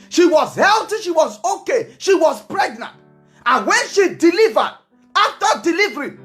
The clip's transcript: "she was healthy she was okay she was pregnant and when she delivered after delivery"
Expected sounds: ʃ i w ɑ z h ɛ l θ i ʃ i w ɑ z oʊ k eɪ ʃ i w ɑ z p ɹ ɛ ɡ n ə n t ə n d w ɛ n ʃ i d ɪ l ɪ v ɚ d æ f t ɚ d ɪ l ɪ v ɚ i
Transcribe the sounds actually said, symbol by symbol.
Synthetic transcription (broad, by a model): ʃ i w ɑ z h ɛ l t i ʃ i w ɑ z oʊ k eɪ ʃ i w ɑ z p ɹ ɛ ɡ n ə n t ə n w ɛ n ʃ i d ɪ l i v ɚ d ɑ f t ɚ d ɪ l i v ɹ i